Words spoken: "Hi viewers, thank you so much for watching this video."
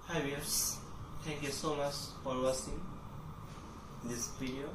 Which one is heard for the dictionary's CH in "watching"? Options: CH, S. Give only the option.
S